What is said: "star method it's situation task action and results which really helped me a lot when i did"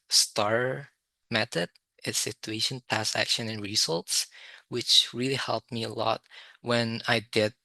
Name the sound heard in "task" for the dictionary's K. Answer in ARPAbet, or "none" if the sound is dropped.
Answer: none